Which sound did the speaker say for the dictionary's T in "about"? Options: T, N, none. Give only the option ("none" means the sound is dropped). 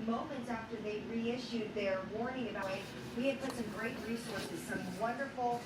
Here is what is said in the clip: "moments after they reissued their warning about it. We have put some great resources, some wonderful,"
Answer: none